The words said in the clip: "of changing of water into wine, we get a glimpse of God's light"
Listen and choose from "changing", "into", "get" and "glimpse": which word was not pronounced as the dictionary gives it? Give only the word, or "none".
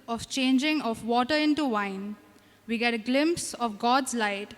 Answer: none